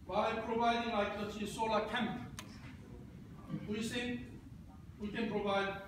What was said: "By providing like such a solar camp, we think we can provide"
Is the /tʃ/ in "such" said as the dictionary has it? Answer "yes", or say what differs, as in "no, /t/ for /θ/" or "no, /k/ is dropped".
no, /s/ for /tʃ/